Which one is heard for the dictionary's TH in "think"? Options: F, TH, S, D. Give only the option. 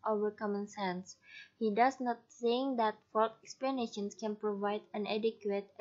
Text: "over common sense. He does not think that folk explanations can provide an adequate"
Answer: S